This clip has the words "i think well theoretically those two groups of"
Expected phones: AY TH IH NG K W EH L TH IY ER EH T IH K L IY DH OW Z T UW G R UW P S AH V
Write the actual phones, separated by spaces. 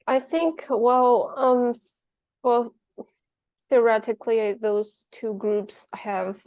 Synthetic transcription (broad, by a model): AY TH IH NG K W EH L TH IY ER EH T IH K L IY DH OW Z T UW G R UW P S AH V